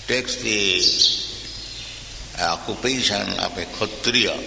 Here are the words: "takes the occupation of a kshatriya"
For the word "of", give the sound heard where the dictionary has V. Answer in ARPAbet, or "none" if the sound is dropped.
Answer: P